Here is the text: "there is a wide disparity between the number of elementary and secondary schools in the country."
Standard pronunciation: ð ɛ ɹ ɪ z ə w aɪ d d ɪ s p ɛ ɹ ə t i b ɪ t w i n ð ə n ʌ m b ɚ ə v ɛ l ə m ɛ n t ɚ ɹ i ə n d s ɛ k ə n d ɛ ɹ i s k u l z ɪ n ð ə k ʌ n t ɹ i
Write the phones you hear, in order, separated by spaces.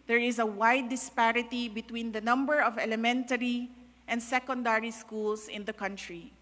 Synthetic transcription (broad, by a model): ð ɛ ɹ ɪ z ə w aɪ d d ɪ s p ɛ ɹ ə t i b ɪ t w i n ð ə n ʌ m b ɚ ə v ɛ l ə m ɛ n t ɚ ɹ i ə n d s ɛ k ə n d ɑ ɹ i s k u l s ɪ n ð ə k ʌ n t ɹ i